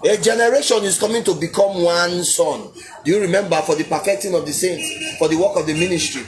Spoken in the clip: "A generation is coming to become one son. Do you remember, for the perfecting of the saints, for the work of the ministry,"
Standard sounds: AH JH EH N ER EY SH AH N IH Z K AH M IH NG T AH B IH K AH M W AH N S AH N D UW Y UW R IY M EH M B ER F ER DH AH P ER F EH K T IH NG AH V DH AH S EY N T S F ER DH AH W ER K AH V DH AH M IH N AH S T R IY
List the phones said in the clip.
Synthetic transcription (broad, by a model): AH JH EH N ER EY SH AH N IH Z K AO M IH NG T AH B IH K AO M W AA N S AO N D UW Y UW R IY M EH M B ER F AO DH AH P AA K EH T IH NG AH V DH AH S EY N T S F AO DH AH W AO K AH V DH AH M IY N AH S T R IY